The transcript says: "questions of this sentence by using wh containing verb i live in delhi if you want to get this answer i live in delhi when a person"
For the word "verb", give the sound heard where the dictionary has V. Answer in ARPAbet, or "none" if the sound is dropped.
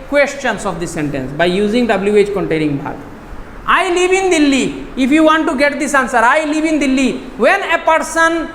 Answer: B